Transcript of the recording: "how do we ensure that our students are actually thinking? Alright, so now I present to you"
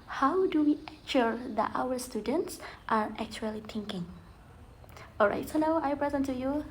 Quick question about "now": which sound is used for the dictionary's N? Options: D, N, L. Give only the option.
L